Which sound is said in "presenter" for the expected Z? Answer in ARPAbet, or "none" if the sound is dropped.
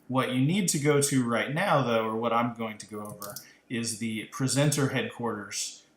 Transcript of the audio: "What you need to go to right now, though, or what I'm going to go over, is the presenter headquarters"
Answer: Z